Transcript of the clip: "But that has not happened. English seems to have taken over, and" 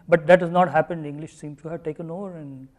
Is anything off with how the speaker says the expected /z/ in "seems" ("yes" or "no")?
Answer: yes